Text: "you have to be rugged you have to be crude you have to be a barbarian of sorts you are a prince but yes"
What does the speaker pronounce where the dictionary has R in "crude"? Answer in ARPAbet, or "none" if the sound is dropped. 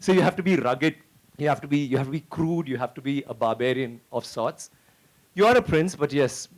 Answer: R